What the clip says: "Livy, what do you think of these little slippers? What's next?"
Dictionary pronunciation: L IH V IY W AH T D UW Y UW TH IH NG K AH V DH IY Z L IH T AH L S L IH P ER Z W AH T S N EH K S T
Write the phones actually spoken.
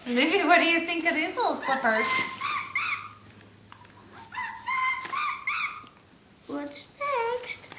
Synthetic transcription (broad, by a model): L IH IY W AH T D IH Y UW TH IH NG K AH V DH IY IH S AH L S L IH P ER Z W AH T S N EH K S T